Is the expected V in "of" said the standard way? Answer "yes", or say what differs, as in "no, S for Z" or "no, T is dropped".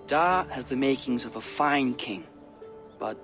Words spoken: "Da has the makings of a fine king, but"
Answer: yes